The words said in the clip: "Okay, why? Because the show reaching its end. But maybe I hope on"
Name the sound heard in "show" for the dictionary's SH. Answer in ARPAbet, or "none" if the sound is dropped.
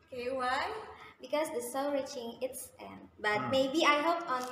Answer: S